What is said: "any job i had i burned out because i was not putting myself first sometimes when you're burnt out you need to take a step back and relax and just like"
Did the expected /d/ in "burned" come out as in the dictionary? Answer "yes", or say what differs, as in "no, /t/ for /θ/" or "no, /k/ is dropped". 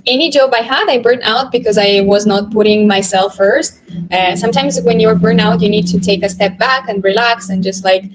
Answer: no, /d/ is dropped